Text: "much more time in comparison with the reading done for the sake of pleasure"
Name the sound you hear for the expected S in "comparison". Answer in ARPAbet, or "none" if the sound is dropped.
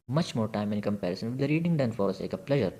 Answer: S